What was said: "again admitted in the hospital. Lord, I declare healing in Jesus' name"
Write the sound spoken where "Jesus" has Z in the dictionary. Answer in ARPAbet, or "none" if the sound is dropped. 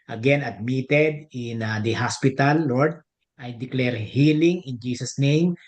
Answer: S